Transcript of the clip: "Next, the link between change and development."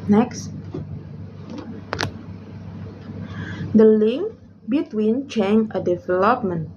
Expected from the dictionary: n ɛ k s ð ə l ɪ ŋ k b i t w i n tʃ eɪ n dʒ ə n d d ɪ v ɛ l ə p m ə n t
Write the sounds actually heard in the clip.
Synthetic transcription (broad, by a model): n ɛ k s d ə l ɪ ŋ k b i t w i n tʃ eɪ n ə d d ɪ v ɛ l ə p m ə n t